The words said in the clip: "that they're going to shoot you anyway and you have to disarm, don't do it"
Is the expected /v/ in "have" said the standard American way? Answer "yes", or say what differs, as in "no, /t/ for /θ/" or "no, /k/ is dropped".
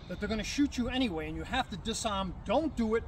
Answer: no, /f/ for /v/